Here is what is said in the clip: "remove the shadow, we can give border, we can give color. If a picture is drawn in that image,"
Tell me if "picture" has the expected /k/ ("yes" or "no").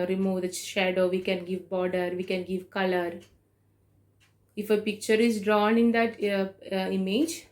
yes